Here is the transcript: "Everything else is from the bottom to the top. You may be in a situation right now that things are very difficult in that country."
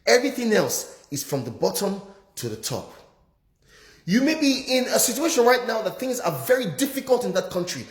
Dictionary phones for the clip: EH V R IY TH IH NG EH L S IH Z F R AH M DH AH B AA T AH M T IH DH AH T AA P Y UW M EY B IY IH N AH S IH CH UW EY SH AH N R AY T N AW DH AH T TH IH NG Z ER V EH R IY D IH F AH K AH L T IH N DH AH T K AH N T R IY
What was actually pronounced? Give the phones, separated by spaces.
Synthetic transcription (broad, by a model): EH V R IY TH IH NG EH L S IH Z F R AH M DH AH B AA T AH M T IH DH AH T AA P Y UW M EY B IY IH N AH S IH CH UW EY SH AH N R AY T N AW DH AH T TH IH NG Z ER V EH R IY D IH F AH K AH L T IH N DH AH T K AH N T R IY